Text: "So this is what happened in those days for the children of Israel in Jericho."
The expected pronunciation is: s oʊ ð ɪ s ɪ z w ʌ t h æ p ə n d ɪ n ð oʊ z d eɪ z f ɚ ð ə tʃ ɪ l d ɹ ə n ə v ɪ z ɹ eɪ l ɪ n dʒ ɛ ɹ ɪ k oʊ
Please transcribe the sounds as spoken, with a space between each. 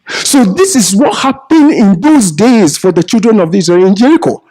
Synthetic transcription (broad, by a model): s oʊ ð ɪ s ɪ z w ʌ t h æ p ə n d ɪ n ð oʊ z d eɪ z f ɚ ð ə tʃ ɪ l d ɹ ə n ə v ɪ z eɪ ɪ n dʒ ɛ ɹ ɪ k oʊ